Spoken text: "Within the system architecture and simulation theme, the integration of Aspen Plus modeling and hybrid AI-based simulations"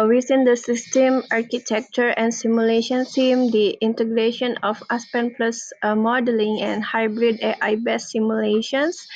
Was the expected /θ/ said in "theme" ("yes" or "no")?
no